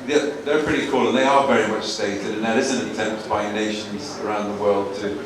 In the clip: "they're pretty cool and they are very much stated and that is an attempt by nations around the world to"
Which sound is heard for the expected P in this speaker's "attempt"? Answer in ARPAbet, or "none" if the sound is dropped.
P